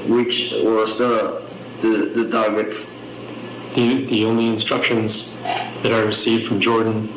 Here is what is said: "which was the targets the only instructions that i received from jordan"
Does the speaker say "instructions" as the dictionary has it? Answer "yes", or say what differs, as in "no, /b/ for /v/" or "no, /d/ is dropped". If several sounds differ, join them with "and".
yes